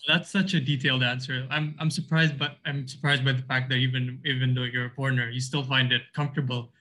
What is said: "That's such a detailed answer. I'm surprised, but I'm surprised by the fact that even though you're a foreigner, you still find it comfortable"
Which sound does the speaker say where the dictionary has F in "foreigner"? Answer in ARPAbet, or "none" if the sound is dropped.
P